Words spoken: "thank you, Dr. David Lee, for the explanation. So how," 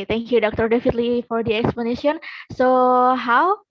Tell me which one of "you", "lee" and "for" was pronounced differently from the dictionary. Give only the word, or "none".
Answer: none